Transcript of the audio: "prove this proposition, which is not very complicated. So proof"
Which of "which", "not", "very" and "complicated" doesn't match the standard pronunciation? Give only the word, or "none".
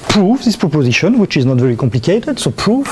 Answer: none